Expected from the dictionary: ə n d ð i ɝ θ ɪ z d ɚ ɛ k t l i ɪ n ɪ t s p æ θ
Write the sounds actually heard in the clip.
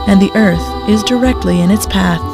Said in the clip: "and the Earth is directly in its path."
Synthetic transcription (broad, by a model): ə n ð i ɝ θ ɪ z d ɚ ɛ k t l i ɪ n ɪ t s p æ θ